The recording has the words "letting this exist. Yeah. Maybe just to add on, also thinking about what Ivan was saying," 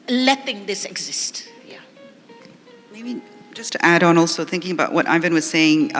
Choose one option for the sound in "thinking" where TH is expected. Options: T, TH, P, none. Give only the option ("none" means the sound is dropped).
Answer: TH